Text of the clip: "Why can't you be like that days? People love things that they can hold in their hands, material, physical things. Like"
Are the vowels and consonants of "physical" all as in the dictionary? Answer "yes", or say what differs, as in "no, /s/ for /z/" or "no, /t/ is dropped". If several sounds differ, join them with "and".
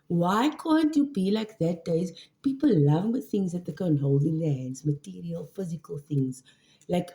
yes